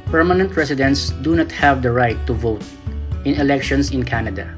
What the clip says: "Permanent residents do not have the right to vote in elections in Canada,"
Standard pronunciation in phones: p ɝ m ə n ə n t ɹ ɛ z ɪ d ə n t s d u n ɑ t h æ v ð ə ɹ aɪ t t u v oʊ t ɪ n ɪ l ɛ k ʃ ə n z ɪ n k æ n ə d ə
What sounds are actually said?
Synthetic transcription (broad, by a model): p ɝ m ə n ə n t ɹ ɛ s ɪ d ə n t s d u n ɑ t h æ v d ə ɹ aɪ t t u v oʊ t ɪ n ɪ l ɛ k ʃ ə n s ɪ n k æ n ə d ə